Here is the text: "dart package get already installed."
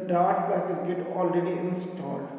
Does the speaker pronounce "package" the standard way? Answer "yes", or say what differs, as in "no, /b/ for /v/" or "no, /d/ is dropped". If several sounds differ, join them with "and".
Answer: no, /b/ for /p/ and /z/ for /dʒ/